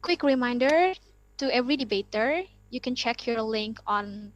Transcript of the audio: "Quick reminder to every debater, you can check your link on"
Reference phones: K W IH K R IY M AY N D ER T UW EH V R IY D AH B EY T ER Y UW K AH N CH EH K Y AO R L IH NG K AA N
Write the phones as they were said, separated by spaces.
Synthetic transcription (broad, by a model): K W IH K R IY M AY N D ER T UW EH V R IY D AH B EY T ER Y UW K AH N CH EH K Y AO R L IH NG K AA N